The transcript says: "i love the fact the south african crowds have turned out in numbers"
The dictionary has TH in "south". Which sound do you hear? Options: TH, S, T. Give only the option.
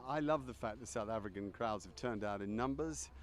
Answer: TH